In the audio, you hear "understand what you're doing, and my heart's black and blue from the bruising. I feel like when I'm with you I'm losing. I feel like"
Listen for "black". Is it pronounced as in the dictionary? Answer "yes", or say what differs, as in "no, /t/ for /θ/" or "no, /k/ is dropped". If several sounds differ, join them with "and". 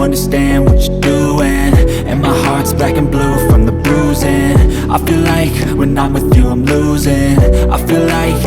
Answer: no, /l/ is dropped